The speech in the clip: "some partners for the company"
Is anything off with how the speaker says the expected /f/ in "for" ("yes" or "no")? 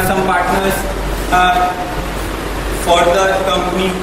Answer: no